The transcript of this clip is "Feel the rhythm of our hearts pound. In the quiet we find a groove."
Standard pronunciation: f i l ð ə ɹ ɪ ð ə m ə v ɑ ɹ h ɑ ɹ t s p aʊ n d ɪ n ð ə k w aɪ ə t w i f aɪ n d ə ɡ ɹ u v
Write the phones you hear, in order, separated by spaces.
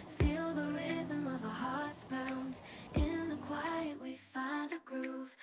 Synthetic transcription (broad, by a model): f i l ð ə ɹ ɪ ð ə m ə v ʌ h ɑ ɹ t s b aʊ n d ɪ n ð ə k w aɪ ə t w i f aɪ n d ə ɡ ɹ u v